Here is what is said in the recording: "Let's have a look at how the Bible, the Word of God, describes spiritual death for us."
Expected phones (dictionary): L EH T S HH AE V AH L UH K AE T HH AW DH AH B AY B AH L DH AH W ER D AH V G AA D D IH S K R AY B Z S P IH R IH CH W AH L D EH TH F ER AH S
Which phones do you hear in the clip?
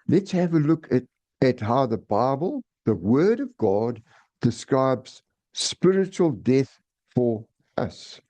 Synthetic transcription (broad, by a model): L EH T S HH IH V AH L UH K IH T HH AW DH AH B AY B AH L DH AH W ER D AH V G AA D D IH S K R AY B Z S P IH R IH CH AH L D EH TH F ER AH S